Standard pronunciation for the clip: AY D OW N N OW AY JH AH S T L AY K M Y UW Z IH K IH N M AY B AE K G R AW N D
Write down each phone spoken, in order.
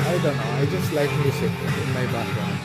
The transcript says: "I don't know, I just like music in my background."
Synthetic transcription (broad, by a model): AY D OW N N OW AY JH AH S T L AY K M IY S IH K IH N M AY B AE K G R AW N